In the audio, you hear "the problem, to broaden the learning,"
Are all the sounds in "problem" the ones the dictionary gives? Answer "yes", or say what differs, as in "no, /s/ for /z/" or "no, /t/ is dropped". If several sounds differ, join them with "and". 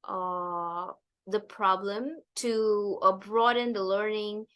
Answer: yes